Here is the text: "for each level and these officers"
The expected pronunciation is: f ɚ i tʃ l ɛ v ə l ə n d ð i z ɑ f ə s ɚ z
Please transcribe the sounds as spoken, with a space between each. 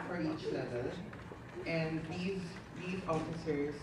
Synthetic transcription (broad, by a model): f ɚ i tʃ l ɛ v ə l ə n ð ð i z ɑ f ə s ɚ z